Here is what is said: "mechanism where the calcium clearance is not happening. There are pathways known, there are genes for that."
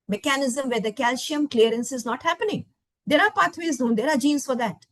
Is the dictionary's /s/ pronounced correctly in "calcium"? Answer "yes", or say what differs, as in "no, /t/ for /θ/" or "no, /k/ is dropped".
no, /ʃ/ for /s/